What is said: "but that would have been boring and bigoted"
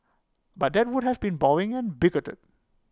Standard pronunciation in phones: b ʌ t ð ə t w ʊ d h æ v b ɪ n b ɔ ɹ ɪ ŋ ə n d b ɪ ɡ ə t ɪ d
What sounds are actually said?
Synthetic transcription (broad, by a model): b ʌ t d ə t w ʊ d h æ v b ɪ n b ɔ ɪ ŋ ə n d b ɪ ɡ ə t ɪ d